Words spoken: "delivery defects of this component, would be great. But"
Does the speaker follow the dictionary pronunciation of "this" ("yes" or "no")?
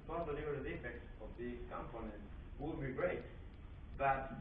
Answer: no